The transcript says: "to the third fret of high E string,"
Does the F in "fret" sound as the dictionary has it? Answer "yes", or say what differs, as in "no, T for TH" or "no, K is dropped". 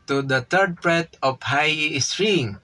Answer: no, P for F